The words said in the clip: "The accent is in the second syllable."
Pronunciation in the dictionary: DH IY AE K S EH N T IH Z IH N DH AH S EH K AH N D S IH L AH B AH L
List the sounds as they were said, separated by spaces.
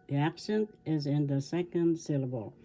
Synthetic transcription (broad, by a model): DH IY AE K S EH N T IH Z IH N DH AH S EH K AH N D S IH L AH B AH L